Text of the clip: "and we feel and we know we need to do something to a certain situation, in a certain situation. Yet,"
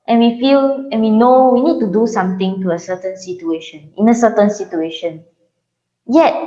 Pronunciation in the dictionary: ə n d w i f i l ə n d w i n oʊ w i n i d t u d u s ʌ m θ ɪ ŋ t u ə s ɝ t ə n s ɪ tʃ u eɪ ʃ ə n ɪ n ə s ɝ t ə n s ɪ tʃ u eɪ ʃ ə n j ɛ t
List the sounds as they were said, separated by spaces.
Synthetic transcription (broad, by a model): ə n w i f i l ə n w i n oʊ w i n i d t u d u s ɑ m t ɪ ŋ t u ə s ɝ t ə n s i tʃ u eɪ ʃ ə n ɪ n ə s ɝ t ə n s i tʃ u eɪ ʃ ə n j ɛ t